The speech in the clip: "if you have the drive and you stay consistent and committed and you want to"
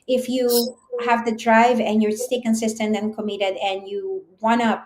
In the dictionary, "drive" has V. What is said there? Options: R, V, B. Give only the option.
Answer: V